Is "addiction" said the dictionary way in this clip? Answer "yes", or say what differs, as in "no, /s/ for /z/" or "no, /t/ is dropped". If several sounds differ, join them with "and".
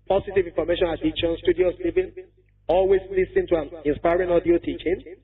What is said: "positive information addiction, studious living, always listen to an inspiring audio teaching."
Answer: no, /k/ is dropped